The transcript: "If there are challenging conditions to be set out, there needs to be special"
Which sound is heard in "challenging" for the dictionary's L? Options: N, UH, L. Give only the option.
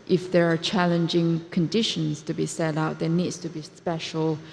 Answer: L